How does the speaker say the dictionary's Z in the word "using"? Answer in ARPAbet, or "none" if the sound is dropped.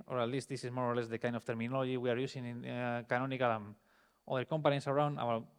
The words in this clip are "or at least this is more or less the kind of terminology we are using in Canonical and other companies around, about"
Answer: S